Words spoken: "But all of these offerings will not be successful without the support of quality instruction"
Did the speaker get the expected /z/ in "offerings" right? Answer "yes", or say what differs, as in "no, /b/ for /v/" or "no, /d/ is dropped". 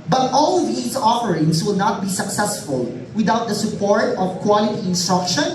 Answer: no, /s/ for /z/